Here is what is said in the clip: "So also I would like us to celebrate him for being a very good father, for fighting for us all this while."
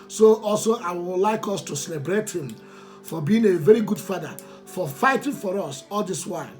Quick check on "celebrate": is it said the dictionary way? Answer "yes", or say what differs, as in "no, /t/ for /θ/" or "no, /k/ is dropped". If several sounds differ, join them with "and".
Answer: yes